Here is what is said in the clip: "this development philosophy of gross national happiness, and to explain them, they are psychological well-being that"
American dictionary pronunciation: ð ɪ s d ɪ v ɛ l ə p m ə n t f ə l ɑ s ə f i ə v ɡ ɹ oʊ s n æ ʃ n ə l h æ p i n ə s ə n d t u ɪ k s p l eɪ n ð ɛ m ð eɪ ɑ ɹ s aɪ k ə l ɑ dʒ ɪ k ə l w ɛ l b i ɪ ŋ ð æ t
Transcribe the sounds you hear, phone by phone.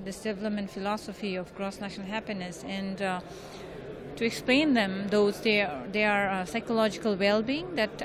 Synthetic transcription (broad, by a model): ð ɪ s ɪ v l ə m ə n f ə l ɑ s ə f i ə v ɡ ɹ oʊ s n æ ʃ n ə l h æ p i n ə s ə n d t u ɪ k s p l eɪ n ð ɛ m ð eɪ ɑ ɹ s aɪ k ə l ɑ dʒ ɪ k ə l w ɛ l b i ɪ ŋ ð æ t